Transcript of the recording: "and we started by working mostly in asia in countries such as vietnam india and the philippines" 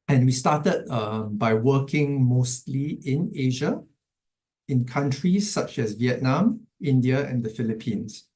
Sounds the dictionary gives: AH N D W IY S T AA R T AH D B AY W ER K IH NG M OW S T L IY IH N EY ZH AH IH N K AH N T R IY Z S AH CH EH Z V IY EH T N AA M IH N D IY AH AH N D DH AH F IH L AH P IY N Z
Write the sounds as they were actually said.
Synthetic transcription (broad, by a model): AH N W IY S T AA T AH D B AY W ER K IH NG M OW S T L IY IH N EY ZH AH IH N K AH N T R IY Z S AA CH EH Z V IY EH T N AA M IH N D IY AH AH N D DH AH F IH L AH P IY N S